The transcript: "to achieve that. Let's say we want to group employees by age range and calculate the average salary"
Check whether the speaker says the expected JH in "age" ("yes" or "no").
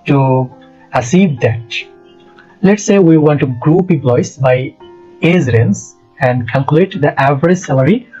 no